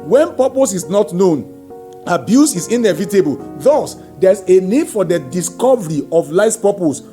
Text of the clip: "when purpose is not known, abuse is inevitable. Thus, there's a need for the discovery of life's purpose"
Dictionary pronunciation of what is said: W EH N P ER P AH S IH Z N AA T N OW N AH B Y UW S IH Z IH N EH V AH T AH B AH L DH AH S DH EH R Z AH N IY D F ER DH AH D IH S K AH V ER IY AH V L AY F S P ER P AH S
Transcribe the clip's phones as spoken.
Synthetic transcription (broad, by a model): W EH N P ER P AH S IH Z N AA T N OW N AH B Y UW S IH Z IH N EH V AH T AH B AH L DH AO S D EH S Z AH N IY D F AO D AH D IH S K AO V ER IY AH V L AY S P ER P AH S